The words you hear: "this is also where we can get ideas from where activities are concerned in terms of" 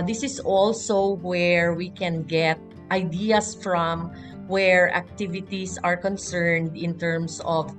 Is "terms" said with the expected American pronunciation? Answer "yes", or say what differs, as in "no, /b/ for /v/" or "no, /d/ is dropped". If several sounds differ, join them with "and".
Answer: no, /s/ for /z/